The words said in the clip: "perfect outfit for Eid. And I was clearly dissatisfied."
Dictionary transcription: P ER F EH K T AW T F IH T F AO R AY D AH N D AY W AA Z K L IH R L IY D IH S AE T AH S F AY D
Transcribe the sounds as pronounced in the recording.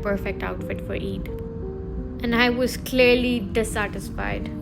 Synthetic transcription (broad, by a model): P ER F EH K T AW T F IH T F AO R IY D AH N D AY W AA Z K L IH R L IY D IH S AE T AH S F AY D